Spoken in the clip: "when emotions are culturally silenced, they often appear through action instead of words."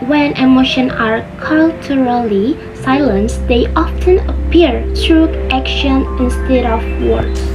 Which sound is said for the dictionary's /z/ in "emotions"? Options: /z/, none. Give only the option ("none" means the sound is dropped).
none